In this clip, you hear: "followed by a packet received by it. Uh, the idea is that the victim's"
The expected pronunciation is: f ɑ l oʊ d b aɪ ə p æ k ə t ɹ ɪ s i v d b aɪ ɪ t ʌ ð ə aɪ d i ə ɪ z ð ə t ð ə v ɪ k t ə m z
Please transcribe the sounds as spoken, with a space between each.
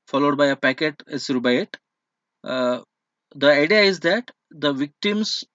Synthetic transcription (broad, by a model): f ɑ l oʊ d b aɪ ə p æ k ə t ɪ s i d b aɪ ɪ t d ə aɪ d i ə ɪ z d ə t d ə v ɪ k t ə m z